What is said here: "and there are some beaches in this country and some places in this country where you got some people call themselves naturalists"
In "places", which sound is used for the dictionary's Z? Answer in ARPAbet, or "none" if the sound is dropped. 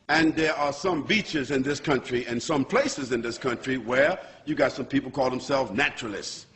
Z